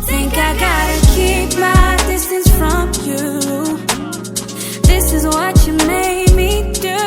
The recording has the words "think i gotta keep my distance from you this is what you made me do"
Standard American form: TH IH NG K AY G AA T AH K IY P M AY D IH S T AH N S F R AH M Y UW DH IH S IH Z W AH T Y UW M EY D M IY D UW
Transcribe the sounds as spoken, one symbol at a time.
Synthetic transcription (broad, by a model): TH IH NG K AY G AA T AH K IY P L AY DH IH S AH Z F R AH M Y UW DH IH S IH Z W AH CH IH M EY D M IY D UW